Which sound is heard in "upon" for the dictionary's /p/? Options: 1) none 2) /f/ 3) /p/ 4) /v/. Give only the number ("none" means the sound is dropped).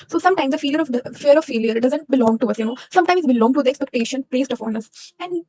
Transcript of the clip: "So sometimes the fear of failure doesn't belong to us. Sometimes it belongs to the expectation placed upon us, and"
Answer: 2